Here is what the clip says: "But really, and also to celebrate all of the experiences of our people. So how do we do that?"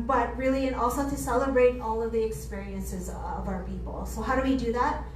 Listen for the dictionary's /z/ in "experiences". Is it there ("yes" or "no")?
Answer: yes